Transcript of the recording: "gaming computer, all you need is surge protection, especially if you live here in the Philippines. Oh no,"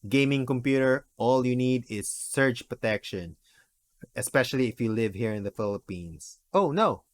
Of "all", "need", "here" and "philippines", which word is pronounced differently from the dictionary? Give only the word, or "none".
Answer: philippines